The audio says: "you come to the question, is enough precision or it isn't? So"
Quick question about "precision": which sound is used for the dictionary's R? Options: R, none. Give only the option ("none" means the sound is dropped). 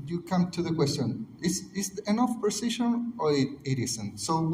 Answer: none